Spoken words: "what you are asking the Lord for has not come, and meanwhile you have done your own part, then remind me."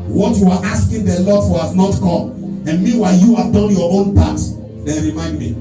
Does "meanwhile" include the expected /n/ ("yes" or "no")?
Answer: no